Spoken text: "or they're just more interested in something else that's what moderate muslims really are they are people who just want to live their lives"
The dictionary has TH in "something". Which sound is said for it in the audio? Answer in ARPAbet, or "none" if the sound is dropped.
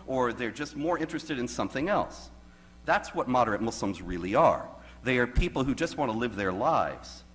TH